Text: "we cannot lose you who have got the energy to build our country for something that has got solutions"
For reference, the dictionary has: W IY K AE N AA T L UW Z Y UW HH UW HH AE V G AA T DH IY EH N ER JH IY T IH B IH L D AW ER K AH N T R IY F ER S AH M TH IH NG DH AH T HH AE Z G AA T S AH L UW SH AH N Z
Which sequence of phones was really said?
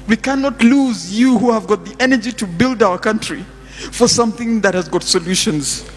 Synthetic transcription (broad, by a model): W IY K AE N AA T L UW Z Y UW HH UW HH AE V G AA T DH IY EH N ER JH IY T IH B IH L D AW ER K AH N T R IY F ER S AH M TH IH NG DH AH T HH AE Z G AA T S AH L UW SH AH N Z